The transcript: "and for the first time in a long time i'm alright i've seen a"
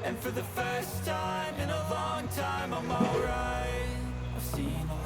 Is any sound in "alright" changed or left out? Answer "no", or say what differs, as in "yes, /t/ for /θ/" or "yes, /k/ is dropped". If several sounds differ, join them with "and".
yes, /t/ is dropped